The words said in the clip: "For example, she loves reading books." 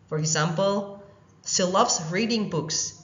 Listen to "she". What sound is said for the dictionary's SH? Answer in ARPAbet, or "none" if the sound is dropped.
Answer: S